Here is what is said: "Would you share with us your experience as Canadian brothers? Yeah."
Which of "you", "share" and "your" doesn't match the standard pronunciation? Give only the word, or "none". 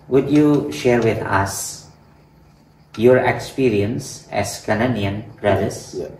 none